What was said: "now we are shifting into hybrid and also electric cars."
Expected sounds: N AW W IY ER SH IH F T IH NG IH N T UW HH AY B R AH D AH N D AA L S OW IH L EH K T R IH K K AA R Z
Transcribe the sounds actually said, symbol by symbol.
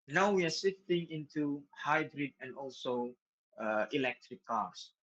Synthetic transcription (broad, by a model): N AW W IY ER S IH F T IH NG IH N T UW HH AY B R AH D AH N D AA L S OW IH L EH K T R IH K K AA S